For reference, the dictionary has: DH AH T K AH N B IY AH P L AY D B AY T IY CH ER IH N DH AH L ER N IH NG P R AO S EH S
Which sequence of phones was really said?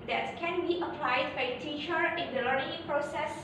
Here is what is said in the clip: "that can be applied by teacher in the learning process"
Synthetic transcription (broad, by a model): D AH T K AH N B IY AH P L AY D B AY T IY CH ER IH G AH L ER IH P R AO S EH S